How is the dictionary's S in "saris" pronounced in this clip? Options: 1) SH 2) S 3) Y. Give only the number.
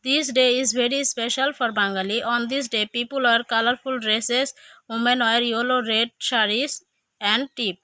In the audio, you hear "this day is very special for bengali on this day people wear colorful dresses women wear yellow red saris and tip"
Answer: 1